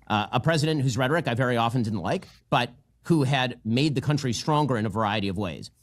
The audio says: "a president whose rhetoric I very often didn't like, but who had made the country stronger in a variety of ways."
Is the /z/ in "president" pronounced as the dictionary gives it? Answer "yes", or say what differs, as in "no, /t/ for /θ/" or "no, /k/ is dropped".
yes